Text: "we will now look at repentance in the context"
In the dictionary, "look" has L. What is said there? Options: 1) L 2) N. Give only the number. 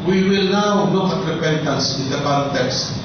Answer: 2